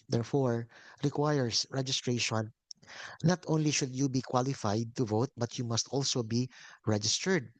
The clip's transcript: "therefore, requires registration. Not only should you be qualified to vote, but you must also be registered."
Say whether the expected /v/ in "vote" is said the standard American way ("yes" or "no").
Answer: yes